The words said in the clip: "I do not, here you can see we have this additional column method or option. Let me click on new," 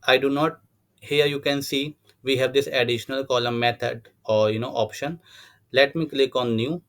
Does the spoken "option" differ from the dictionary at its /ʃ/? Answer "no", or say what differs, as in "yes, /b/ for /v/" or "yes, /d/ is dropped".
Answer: no